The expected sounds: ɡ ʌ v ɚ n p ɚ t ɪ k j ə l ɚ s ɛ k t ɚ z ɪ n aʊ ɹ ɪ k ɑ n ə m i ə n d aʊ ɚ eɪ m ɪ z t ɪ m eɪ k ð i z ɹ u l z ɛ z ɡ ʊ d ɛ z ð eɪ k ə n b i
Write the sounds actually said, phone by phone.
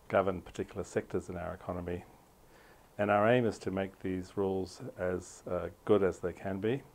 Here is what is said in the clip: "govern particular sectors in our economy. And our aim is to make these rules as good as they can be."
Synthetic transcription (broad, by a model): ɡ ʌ v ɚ n p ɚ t ɪ k j l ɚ s ɛ k t ɚ z ɪ n aʊ ɹ ɪ k ɑ n ə m i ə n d aʊ ɚ eɪ m ɪ z t ɪ m eɪ k ð i z ɹ u l z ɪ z ɡ ʊ d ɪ z ð eɪ k ə n b i